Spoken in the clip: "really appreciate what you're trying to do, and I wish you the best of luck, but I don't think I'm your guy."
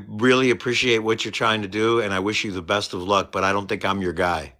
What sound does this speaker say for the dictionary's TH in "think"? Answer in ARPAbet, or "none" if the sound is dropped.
TH